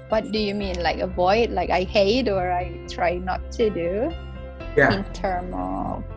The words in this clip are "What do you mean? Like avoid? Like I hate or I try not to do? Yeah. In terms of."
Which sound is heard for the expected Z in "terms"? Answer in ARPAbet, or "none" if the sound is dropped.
none